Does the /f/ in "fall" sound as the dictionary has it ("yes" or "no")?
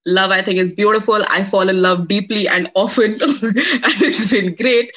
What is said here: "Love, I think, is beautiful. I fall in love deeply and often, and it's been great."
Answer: yes